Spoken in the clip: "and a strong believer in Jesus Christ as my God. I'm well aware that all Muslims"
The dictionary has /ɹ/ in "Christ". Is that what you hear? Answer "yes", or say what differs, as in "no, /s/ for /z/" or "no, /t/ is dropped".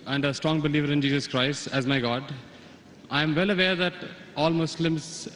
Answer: yes